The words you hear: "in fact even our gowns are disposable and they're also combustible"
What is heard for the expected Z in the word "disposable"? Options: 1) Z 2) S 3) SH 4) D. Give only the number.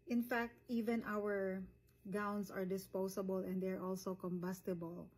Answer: 2